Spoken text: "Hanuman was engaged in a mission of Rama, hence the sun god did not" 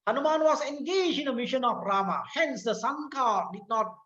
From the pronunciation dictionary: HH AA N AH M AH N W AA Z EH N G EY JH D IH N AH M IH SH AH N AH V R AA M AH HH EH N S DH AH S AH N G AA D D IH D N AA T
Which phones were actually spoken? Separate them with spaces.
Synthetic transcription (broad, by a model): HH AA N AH M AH N W AA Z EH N G EY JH IH N AH M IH SH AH N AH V R AA M AH HH EH N S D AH S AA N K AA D D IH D N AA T